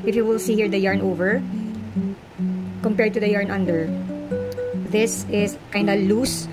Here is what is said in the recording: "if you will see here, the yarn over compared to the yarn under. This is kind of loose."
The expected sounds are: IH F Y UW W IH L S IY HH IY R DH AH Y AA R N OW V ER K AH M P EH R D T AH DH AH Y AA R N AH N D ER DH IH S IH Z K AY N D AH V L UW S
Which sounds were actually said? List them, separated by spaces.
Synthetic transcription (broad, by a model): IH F Y UW W IH L S IY HH IY R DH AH Y AA R N OW V ER K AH M P EH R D T AH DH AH Y AA R N AH N D ER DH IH S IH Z K AY N D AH L UW S